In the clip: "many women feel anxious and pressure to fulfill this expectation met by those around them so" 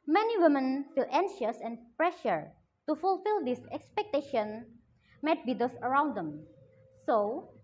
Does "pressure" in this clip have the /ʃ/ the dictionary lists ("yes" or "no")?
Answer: yes